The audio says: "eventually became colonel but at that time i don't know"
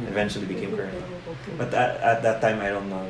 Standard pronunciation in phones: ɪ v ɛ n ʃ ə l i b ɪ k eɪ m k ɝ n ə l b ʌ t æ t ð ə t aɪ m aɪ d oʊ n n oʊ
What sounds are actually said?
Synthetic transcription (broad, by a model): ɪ v ɛ n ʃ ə l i b ɪ k eɪ m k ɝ ə n b ʌ t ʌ t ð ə t aɪ m aɪ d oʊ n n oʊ